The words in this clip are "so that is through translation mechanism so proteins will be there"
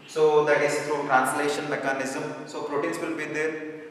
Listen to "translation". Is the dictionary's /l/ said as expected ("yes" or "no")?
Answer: yes